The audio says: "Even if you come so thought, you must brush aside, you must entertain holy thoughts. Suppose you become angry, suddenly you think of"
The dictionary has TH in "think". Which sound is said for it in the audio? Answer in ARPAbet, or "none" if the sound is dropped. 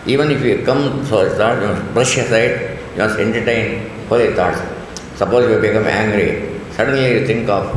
T